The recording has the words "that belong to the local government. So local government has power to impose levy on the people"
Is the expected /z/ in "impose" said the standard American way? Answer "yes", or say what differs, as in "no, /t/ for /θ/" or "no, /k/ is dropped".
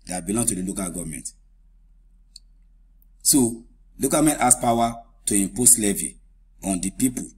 no, /s/ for /z/